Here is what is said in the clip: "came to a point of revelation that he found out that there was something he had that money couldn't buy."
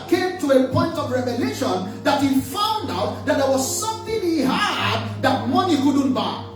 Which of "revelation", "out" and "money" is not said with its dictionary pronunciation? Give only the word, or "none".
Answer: none